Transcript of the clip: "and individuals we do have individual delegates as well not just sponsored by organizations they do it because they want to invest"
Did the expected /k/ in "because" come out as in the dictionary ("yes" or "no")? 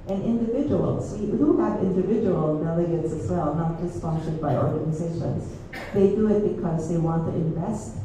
yes